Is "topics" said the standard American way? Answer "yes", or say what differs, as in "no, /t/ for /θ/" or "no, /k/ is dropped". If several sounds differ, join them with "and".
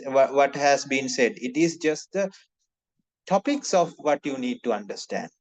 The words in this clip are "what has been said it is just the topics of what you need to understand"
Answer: yes